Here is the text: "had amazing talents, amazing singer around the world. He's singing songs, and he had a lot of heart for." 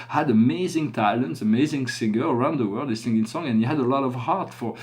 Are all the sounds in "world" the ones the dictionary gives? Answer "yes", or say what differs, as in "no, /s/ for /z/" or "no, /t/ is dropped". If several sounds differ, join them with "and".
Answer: yes